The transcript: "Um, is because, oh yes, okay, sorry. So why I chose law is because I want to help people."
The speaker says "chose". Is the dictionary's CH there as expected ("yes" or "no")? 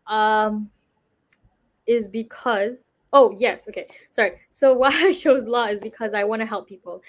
no